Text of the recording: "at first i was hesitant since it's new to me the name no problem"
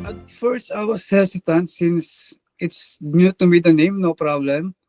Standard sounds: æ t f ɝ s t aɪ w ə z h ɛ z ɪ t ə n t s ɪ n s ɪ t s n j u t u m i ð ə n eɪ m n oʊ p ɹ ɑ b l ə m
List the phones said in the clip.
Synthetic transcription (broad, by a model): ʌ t f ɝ s t aɪ w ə s h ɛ s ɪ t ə n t s ɪ n s ɪ t s n j u t u m i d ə n eɪ m n oʊ p ɹ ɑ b l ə m